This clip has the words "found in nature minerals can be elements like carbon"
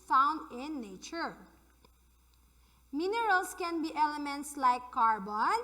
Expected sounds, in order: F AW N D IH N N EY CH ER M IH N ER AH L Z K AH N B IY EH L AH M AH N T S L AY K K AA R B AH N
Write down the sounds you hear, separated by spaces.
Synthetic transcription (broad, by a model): F AW N D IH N N EY CH ER M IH N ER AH L S K AH N B IY EH L AH M AH N T S L AY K K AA R B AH N